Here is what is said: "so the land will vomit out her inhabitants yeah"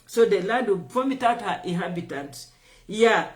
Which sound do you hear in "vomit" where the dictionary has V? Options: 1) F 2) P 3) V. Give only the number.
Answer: 2